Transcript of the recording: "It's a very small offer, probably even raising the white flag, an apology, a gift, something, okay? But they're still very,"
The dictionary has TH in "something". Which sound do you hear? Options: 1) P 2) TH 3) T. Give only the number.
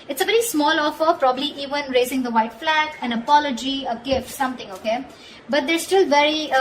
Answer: 3